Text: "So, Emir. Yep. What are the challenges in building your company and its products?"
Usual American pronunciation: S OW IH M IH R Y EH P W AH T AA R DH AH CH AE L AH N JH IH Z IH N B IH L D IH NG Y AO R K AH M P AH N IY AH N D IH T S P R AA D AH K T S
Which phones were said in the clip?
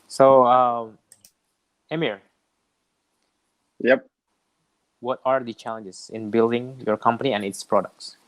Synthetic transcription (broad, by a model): S OW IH M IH R Y EH P W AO T AA R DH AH CH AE L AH N JH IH S IH N B IH L D IH NG Y AO R K AH M P AH N IY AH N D IH T S P R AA D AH K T S